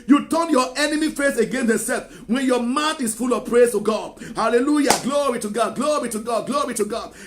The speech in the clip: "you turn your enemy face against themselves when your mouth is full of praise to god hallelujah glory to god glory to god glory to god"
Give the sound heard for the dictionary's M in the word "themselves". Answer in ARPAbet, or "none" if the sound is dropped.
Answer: none